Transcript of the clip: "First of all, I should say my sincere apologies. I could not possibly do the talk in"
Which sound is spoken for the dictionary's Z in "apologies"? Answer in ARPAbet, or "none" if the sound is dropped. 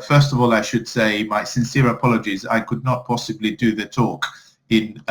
Z